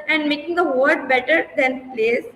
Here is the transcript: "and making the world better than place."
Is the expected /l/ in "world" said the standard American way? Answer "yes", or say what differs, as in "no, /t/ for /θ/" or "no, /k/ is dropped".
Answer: no, /l/ is dropped